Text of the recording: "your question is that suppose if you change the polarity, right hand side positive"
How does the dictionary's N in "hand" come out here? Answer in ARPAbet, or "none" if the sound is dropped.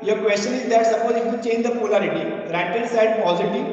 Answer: none